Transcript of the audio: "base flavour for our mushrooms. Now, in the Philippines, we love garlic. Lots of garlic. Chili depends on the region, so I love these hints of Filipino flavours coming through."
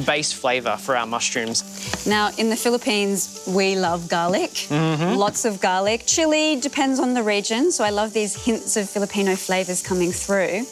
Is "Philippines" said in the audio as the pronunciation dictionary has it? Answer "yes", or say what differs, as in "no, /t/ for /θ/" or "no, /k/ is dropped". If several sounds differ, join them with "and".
yes